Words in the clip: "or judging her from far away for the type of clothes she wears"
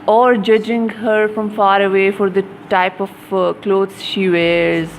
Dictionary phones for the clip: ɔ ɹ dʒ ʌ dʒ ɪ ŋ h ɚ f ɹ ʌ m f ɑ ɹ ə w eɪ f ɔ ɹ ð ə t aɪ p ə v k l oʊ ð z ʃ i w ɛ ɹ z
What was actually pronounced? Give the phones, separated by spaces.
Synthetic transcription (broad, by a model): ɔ ɹ dʒ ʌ dʒ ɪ ŋ h ɚ f ɹ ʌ m f ɑ ɹ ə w eɪ f ɔ ɹ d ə t aɪ p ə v k l oʊ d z ʃ i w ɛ ɹ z